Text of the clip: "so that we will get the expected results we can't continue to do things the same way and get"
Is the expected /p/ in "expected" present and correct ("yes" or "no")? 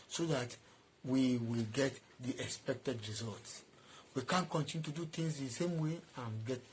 yes